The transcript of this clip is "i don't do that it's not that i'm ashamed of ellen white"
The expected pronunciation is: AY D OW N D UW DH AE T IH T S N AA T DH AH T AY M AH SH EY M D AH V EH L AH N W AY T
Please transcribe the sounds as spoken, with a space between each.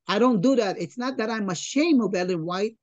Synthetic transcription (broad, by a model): AY D OW N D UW DH AE T IH T S N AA T DH AH T AY M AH SH EY M AH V EH L AH N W AY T